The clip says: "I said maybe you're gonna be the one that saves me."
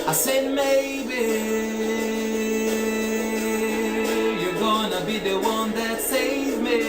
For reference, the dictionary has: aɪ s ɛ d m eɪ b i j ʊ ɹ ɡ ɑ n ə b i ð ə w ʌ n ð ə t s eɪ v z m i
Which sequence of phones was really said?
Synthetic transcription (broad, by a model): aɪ s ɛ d m eɪ b i j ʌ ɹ ɡ ɑ n ə b i ð ə w ʌ n ð ə t s eɪ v m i